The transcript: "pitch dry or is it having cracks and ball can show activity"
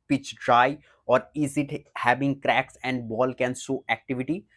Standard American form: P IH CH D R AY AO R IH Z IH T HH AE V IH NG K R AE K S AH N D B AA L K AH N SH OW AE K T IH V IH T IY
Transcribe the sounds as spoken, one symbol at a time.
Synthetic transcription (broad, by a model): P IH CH D R AY AO R IH Z IH T HH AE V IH NG K R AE K S AH N D B AA L K AH N S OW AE K T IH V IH T IY